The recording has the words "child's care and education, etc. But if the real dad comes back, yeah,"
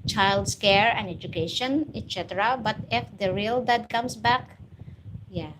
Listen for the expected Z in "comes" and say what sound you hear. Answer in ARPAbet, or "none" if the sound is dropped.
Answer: S